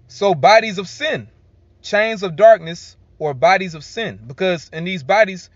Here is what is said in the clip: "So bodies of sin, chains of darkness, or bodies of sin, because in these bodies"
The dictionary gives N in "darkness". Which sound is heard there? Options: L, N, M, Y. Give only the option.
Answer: N